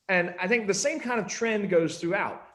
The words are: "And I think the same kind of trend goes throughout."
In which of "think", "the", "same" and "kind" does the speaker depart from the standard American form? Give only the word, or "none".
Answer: none